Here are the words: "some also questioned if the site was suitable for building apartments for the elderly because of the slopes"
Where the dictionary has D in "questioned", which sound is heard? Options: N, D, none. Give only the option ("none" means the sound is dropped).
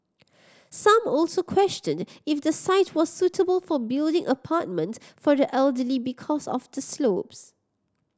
D